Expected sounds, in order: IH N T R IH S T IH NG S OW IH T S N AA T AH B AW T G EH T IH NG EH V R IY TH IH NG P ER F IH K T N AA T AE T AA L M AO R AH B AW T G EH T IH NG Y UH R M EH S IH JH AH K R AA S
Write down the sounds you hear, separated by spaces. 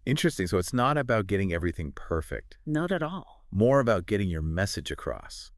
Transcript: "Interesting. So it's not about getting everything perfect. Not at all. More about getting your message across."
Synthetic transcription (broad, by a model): IH N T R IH S T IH NG S OW IH T S N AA T AH B AW T G EH T IH NG EH V R IY TH IH NG P ER F IH K T N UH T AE T AA L M AO R AH B AW T G EH T IH NG Y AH R M EH S IH JH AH K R AA S